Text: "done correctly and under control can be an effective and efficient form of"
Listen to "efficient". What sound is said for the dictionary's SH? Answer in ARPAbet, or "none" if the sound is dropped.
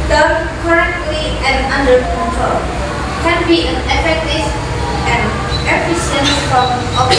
S